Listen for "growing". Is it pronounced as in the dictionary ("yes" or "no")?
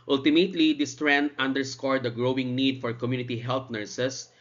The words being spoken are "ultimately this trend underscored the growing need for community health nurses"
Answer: yes